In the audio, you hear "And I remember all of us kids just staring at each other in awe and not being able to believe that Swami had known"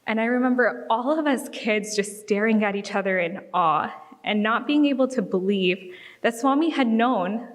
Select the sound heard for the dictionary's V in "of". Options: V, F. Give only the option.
V